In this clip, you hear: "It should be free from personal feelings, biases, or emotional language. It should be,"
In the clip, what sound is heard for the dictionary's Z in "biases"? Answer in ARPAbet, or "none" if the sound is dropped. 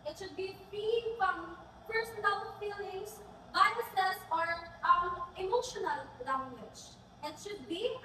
S